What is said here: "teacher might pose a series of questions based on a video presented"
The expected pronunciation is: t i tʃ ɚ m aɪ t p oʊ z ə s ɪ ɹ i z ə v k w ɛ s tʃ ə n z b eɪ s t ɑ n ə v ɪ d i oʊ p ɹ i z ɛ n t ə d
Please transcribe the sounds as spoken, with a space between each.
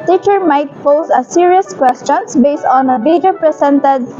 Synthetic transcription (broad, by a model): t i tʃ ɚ m aɪ t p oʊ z ə s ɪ ɹ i ə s k w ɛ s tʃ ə n s b eɪ s t ɑ n ə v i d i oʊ p ɹ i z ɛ n t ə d